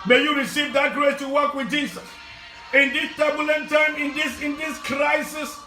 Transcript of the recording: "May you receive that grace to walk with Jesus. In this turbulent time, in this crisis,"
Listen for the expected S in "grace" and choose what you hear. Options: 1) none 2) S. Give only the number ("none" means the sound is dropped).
1